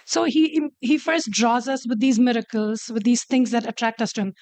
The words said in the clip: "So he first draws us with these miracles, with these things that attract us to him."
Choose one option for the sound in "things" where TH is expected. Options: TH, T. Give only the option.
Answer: T